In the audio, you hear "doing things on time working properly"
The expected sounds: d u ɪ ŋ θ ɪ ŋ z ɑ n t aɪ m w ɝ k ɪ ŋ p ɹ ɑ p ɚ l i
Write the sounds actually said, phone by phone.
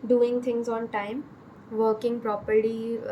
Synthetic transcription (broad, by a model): d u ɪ ŋ t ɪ ŋ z ɑ n t aɪ m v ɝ k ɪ ŋ p ɹ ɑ p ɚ l i